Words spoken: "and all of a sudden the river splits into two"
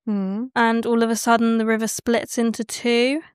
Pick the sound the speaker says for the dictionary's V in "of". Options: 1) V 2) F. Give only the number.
1